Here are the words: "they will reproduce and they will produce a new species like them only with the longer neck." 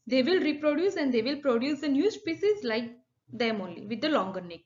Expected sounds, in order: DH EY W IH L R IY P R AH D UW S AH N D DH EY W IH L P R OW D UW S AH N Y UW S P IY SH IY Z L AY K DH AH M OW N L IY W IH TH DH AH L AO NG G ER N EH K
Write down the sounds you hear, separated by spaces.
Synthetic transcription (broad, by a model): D EY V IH L R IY P R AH D UW S AH N D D EY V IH L P R OW D UW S AH N Y UW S P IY S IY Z L AY K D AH M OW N L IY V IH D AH L AO NG G ER N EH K